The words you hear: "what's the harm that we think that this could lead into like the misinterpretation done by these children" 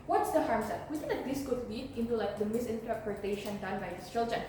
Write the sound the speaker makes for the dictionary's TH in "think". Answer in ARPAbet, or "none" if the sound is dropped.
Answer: S